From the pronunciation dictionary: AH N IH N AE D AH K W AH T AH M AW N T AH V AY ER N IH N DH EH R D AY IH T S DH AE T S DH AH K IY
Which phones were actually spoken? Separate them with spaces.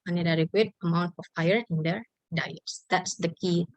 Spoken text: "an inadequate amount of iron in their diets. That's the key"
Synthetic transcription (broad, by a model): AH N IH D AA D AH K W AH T AH M AW N T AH F AY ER IH N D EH R D AY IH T S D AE T S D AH K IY